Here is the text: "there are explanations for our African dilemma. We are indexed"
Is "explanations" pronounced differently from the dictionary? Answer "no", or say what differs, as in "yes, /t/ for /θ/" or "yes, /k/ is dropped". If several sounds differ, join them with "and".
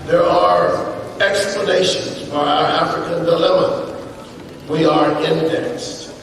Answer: no